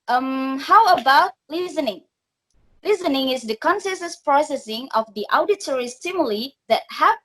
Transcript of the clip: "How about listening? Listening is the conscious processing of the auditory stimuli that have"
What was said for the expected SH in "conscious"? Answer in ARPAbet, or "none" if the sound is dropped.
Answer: S